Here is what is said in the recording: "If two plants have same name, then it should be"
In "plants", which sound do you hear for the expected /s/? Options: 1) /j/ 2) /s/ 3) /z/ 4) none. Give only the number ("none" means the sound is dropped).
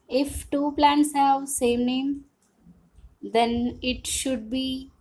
2